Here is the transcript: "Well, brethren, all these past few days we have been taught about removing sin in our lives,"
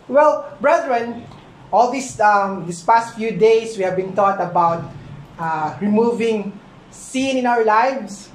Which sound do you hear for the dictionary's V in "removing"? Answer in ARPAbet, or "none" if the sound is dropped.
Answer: V